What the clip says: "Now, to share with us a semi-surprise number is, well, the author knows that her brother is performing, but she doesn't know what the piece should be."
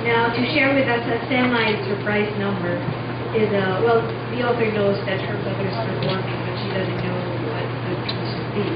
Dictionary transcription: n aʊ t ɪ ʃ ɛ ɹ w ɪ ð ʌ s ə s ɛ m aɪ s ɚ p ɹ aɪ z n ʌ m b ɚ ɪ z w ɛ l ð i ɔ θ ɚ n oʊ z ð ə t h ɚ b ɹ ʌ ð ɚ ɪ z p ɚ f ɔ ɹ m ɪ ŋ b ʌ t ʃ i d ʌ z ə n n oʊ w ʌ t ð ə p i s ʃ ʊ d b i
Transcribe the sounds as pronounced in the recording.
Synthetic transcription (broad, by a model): n aʊ t ɪ ʃ ɛ ɹ w ɪ ð ʌ s ə s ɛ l aɪ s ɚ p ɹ aɪ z n ʌ m b ɚ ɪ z w ɛ l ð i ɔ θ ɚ n oʊ z ð ə t h ɚ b ʌ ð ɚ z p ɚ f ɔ ɹ m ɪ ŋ b ʌ t ʃ i d ʌ z ə n n oʊ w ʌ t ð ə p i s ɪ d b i